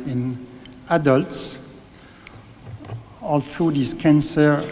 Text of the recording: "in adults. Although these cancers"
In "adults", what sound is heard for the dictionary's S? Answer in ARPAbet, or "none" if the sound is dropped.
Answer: S